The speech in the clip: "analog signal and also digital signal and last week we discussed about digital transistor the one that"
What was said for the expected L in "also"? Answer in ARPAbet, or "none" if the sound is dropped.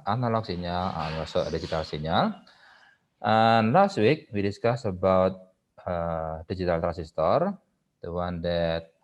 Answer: none